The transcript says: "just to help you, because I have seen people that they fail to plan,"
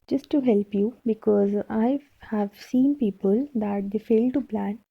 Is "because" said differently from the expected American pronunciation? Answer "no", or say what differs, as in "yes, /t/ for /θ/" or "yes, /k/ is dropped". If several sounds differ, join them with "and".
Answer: no